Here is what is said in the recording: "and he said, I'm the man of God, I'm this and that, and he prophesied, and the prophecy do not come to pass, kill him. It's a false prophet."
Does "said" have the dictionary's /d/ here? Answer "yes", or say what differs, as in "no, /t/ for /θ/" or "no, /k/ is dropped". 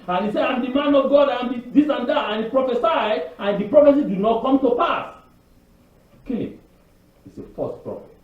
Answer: no, /d/ is dropped